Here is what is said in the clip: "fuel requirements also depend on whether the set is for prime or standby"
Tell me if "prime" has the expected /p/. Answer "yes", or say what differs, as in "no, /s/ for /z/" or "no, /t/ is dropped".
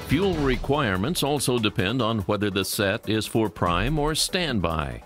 yes